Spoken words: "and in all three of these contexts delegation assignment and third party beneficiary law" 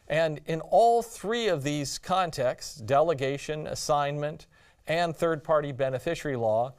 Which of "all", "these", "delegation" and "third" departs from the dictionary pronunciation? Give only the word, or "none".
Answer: none